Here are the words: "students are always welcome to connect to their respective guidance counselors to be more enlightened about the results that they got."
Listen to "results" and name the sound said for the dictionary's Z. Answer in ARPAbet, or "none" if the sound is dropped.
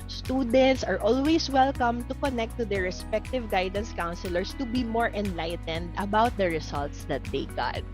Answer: S